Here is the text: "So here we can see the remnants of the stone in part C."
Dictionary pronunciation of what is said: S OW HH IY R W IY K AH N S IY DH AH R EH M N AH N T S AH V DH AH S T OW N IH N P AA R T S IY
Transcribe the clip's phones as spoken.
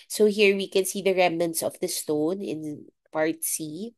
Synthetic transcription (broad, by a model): S OW HH IY R W IY K AH N S IY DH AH R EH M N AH N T S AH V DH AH S T OW N IH N P AA R T S IY